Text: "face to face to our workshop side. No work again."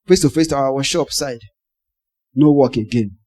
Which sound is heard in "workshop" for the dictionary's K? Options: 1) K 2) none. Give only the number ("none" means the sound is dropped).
2